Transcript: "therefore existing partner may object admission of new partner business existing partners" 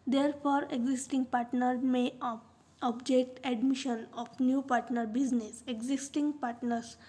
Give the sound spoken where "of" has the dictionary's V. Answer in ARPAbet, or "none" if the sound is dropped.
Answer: P